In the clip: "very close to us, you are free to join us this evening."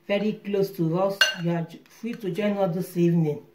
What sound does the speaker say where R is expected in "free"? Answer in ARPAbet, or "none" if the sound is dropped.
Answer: none